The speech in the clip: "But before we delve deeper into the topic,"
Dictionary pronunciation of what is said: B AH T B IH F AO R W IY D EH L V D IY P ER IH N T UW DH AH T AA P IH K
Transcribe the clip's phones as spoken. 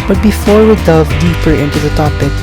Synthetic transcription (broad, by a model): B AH T B IH F AO R W IY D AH V D IY P ER IH N T UW DH AH T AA P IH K